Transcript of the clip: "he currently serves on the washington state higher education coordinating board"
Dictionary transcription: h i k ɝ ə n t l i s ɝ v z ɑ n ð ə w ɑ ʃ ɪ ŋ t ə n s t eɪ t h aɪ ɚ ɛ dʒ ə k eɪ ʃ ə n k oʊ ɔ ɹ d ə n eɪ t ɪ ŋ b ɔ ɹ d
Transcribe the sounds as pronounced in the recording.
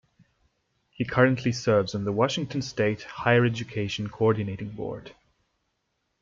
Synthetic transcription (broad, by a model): h i k ɝ ə n t l i s ɝ v z n ð ə w ɑ ʃ ɪ ŋ t ə n s t eɪ t h aɪ ɚ ɛ dʒ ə k eɪ ʃ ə n k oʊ ɔ ɹ d n eɪ t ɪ ŋ b ɔ ɹ d